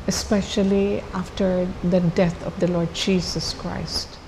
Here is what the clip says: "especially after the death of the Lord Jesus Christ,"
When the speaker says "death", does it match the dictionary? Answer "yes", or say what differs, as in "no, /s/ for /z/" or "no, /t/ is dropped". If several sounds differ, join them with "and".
no, /t/ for /θ/